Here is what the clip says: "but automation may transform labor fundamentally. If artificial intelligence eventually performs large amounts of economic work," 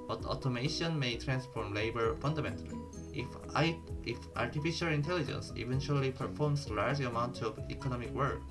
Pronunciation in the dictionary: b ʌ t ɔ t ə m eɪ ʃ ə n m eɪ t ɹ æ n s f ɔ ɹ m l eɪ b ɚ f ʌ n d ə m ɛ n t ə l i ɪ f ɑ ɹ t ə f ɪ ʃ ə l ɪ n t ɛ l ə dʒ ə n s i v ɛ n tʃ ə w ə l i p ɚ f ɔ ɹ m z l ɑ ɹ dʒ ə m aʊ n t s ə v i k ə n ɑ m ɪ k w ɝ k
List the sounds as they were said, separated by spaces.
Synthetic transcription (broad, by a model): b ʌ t ɔ t ə m eɪ ʃ ə n m eɪ t ɹ æ n s f ɔ ɹ m l eɪ b ɚ f ʌ n d ə m ɛ n t ə l i ɪ f ɑ ɹ t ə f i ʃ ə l ɪ n t ɛ l ə dʒ ə n s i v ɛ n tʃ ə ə l i p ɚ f ɔ ɹ m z l ɑ ɹ dʒ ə m aʊ n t ə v i k ə n ɑ m ɪ k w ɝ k